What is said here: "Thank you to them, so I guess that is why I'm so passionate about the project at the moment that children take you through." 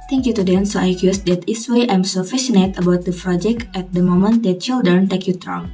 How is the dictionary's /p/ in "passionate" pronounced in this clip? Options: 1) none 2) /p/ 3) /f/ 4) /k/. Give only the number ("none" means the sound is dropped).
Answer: 3